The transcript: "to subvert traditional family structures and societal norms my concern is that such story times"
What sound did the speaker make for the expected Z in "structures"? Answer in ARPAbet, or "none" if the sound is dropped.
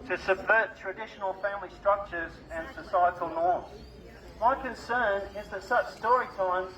Z